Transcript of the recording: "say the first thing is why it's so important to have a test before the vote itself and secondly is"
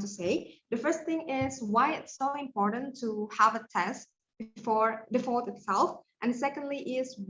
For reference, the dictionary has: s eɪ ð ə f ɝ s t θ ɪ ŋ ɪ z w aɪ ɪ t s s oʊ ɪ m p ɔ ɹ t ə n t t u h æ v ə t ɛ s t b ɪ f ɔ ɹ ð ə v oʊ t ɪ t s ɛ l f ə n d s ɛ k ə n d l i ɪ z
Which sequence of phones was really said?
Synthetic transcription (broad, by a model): s eɪ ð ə f ɝ s t t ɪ ŋ ɪ z w aɪ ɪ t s s oʊ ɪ m p ɔ ɹ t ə n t t u h æ v ə t ɛ s t b ɪ f ɔ ɹ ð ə f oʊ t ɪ t s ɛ l f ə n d s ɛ k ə n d l i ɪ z